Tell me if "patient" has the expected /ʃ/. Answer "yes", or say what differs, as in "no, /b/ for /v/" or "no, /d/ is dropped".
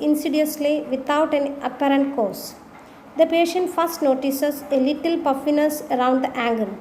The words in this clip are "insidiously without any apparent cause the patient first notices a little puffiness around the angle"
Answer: yes